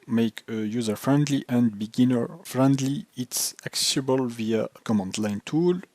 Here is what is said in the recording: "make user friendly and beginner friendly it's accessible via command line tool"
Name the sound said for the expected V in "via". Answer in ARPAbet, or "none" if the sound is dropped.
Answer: V